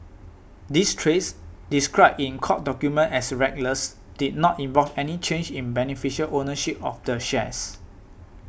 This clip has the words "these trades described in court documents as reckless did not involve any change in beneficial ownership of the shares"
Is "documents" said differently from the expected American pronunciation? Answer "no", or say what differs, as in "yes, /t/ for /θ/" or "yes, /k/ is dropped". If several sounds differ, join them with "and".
yes, /s/ is dropped